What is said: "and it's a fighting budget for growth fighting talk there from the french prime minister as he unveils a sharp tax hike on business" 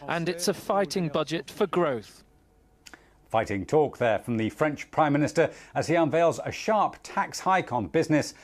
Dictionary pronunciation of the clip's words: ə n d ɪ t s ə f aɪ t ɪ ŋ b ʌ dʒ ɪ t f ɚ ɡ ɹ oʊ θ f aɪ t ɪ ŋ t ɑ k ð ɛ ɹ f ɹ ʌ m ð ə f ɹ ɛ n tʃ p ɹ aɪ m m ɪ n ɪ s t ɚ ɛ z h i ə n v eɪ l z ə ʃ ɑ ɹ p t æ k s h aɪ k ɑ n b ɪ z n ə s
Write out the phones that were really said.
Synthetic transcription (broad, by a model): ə n ɪ t s ə f aɪ t ɪ ŋ b ʌ dʒ ɪ t f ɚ ɡ ɹ oʊ θ f aɪ t ɪ ŋ t ɑ k ð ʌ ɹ f ɹ ʌ m ð ə f ɹ ɛ n tʃ p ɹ aɪ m m ɪ n ɪ s t ɚ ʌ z i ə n v eɪ l z ə ʃ ɑ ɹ p t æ k s h aɪ k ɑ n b ɪ z n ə s